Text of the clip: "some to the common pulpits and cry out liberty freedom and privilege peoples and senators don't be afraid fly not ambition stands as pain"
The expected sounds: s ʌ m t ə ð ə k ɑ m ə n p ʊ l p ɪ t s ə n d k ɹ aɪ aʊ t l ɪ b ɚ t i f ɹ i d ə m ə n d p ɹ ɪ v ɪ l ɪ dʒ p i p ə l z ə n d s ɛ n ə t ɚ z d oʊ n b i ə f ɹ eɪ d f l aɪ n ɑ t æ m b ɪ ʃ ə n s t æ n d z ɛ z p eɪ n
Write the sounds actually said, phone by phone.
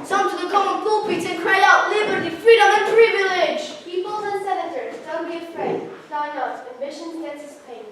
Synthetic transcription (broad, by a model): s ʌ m t ə ð ə k ɑ m ə n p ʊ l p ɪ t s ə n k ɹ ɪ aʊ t l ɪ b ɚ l i f ɹ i d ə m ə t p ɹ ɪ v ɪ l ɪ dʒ p i p ə l z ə n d s ɛ n ə t ɚ z d oʊ n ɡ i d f ɹ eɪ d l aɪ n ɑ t æ m b ɪ ʃ ə n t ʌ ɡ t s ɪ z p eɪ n